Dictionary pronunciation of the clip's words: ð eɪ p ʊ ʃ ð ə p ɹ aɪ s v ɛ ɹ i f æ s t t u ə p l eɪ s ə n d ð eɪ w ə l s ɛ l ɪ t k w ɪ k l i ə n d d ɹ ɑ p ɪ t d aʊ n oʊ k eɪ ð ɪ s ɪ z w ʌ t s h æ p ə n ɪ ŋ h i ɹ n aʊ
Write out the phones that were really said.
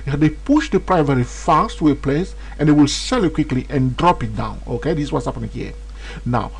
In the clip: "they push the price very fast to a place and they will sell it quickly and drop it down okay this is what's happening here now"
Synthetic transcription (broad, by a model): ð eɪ p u ʃ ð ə p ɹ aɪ v ɛ ɹ i f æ s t t u ə p l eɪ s ə n d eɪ w ə l s ɛ l ɪ t k w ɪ k l i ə n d d ɹ ɑ p ɪ t d aʊ n oʊ k eɪ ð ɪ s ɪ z w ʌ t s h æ p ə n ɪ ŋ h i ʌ n aʊ